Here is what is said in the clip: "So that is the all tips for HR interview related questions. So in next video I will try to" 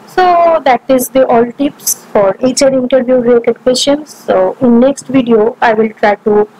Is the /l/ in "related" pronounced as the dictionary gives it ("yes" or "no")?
no